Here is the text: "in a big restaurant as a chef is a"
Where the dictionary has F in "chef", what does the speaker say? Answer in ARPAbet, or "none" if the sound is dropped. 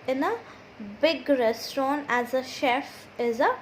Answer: F